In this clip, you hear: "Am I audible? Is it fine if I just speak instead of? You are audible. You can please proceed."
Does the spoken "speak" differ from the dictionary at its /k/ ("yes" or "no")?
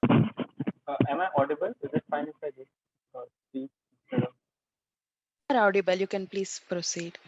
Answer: yes